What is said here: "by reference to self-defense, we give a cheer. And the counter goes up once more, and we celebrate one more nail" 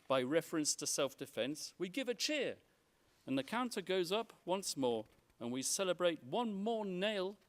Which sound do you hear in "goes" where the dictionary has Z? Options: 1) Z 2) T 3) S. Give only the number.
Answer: 1